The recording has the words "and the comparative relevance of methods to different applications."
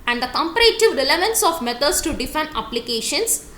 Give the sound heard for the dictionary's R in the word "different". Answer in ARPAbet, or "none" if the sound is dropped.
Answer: none